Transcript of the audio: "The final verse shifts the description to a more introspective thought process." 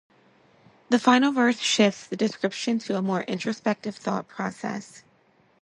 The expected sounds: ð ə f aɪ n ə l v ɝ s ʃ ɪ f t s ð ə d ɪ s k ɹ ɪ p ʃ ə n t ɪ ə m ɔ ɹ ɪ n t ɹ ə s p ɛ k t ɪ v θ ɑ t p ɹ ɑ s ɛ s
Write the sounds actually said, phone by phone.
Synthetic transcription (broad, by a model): ð ə f aɪ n l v ɝ θ ʃ ɪ f t s ð ə d ɪ s k ɹ ɪ p ʃ ə n t ɪ ə m ɔ ɹ ɪ n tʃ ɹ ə s p ɛ k t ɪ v θ ɑ t p ɹ ɑ s ɛ s